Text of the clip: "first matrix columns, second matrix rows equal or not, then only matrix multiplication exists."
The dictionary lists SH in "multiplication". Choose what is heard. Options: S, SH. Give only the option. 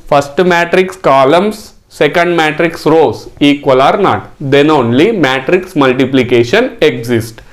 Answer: SH